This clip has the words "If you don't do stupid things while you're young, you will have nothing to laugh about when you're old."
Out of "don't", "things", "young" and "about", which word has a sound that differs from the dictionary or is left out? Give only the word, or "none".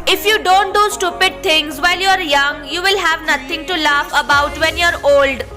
things